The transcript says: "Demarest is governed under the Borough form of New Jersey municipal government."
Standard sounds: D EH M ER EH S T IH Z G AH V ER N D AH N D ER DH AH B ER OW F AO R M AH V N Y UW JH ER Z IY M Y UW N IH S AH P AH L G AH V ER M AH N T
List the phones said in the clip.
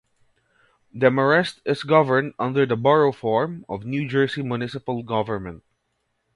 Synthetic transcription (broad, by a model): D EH M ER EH S T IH S G AH V ER N D AH N D ER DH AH B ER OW F AO R M AH V N Y UW JH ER S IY M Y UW N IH S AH P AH L G AH V ER M AH N T